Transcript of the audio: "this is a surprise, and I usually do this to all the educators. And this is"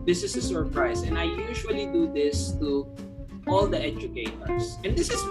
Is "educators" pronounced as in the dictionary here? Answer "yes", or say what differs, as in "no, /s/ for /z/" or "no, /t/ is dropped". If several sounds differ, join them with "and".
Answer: no, /s/ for /z/